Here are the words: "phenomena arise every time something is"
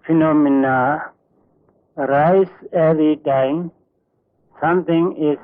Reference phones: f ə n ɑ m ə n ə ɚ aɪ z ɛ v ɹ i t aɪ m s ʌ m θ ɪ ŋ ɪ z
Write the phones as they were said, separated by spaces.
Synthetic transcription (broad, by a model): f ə n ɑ m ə n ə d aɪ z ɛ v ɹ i t aɪ m s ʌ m t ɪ ŋ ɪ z